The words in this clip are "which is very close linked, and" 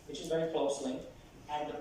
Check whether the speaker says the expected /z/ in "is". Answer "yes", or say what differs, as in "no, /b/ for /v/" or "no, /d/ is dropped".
yes